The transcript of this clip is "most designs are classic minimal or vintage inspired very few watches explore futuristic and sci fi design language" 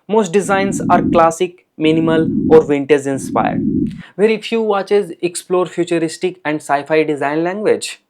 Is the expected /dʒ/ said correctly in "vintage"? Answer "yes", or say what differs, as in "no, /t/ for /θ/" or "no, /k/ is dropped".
no, /z/ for /dʒ/